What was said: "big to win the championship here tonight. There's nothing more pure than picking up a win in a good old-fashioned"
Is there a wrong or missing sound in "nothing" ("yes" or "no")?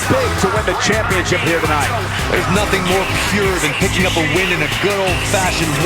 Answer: no